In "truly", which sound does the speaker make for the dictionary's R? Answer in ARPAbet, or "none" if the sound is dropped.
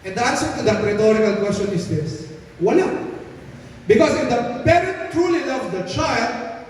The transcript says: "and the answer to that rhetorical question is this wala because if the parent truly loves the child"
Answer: R